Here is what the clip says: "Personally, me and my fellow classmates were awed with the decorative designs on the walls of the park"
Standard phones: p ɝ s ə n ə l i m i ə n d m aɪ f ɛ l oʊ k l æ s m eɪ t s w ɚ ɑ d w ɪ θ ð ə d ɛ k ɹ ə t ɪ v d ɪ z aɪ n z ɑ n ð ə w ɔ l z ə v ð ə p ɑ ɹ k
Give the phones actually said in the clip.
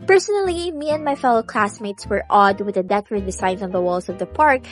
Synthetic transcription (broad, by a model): p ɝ s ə n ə l i m i ə n d m aɪ f ɛ l oʊ k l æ s m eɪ t s w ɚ ɑ d w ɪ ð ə d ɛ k ə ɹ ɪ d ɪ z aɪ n ɑ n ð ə w ɔ l s ə v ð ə p ɑ ɹ k